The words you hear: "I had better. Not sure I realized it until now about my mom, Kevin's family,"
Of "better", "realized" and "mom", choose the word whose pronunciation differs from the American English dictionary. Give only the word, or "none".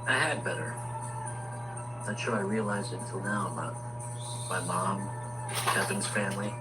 none